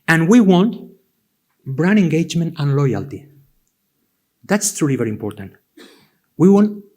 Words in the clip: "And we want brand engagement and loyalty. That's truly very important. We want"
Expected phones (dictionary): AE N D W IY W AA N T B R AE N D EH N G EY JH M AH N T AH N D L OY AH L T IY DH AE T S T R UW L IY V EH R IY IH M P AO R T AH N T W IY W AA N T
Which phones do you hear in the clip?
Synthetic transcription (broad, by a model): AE N W IY W AA N T B R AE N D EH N G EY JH M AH N T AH N L OY AH L T IY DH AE T S T R UW L IY V EH R IY M P AO R T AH N T W IY W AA N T